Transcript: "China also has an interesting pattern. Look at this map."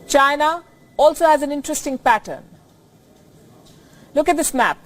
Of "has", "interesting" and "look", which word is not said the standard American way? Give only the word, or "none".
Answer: none